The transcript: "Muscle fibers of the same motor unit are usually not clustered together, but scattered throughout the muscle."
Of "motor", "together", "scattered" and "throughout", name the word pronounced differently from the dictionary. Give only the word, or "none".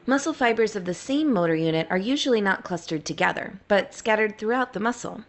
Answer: none